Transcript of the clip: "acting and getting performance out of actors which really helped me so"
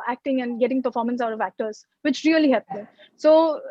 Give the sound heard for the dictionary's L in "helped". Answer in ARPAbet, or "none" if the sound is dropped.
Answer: none